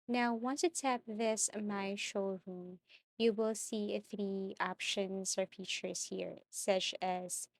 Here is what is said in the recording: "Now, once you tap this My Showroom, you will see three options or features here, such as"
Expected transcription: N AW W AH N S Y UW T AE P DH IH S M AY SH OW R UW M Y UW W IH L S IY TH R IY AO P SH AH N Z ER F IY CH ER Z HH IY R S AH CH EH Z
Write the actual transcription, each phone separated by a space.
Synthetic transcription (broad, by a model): N AW W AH N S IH T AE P DH IH S M AY SH OW R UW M Y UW W IH L S IY TH R IY AO P SH AH N Z ER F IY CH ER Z HH IY R S AH CH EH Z